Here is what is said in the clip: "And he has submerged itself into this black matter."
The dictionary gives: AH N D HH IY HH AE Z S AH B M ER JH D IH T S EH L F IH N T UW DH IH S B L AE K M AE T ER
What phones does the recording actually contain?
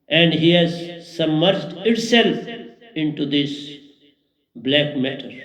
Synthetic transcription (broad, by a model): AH N D HH IY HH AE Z S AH M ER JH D IH T S EH L F IH N T UW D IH S B L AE K M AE T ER